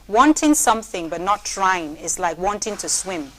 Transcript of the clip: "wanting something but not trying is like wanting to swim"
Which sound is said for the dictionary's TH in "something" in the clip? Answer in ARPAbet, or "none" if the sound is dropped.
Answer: TH